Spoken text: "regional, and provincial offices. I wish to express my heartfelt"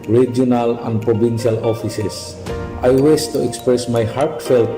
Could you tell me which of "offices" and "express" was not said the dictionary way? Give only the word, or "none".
offices